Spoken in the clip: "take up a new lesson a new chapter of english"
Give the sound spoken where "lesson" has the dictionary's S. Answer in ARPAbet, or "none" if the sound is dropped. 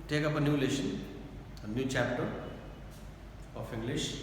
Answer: SH